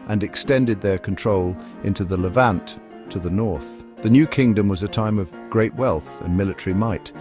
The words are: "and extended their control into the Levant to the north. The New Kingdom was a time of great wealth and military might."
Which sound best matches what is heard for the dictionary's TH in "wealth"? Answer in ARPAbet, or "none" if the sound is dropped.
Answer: TH